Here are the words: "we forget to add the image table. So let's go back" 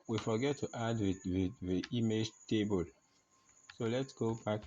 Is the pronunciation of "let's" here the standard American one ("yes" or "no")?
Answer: yes